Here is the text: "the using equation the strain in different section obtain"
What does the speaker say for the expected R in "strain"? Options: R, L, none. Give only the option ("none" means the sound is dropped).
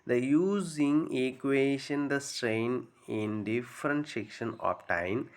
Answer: R